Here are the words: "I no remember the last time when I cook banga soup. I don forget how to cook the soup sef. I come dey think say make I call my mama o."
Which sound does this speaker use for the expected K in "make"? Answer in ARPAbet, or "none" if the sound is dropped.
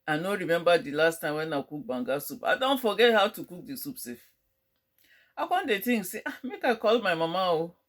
K